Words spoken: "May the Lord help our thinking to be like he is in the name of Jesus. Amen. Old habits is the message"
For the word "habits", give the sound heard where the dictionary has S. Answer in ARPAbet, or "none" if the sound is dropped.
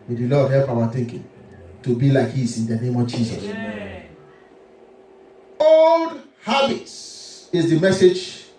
none